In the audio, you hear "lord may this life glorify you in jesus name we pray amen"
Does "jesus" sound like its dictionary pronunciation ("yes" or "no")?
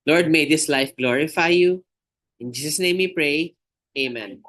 no